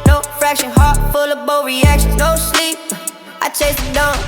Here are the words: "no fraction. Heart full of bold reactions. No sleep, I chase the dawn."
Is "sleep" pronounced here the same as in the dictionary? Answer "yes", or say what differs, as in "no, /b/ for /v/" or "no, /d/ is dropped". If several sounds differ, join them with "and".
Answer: yes